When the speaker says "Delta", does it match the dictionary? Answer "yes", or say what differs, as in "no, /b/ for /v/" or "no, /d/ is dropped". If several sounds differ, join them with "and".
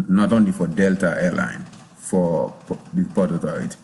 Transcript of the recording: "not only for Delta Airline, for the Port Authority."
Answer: yes